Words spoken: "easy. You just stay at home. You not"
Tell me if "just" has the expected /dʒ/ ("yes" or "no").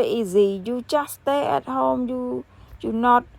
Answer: no